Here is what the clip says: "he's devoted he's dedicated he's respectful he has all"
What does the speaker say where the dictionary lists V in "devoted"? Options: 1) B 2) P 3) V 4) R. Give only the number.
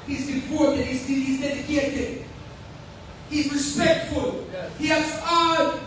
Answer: 2